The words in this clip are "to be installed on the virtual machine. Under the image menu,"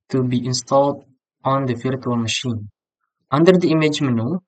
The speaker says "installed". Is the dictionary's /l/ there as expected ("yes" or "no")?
yes